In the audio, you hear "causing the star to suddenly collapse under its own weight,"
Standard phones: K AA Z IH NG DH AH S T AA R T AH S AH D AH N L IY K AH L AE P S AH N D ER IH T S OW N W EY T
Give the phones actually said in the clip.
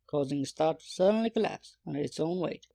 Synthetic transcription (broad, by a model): K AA Z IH NG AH S T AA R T S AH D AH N L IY K AH L AE P S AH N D IH T S OW N W EY T